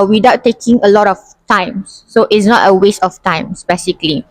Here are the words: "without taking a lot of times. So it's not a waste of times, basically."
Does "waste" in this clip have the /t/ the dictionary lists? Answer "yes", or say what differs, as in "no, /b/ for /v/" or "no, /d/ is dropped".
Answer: yes